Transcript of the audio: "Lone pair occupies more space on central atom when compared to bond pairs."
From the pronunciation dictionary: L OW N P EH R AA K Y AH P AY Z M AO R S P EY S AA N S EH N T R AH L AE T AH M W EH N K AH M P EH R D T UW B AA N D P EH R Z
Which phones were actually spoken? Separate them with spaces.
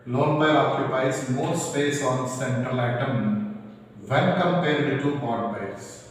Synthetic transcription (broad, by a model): L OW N B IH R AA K Y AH P AY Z M AO R S P EY S AA N S EH N T R AH L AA T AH M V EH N K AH M P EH R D T UW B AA D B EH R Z